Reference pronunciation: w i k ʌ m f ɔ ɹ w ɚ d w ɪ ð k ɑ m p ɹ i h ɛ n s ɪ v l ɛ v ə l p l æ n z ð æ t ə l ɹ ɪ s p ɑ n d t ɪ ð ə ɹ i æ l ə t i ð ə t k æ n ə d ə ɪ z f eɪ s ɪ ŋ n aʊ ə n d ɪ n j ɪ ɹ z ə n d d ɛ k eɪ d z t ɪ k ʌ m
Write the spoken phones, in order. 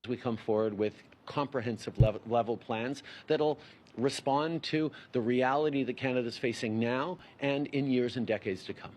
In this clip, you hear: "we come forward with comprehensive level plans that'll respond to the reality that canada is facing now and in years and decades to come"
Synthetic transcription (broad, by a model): w i k ʌ m f ɔ ɹ w ɚ d w ɪ ð k ɑ m p ɹ i h ɛ n s ɪ v l ɛ v l p l æ n z ð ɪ t l ɹ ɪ s p ɑ n t ɪ ð ə ɹ i æ l ə t i ð ə t k æ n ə d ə ɪ z f eɪ s ɪ ŋ n aʊ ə n ɪ n j ɪ ɹ z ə n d d ɛ k eɪ d z t ɪ k ʌ m